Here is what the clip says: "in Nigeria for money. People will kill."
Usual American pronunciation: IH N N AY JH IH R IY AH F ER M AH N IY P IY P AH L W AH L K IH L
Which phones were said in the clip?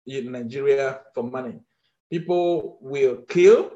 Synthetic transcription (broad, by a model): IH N N AY JH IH R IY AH F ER M AH N IY P IY P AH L W AH L K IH L